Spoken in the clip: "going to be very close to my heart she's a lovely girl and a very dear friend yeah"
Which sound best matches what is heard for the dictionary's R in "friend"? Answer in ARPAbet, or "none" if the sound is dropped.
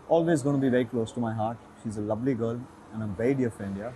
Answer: none